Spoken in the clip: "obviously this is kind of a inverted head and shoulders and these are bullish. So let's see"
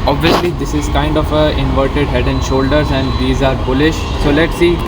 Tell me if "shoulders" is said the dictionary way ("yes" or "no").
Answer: yes